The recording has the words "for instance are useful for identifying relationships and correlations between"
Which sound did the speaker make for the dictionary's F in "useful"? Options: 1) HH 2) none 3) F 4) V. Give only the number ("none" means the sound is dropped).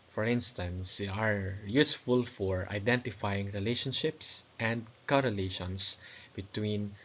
3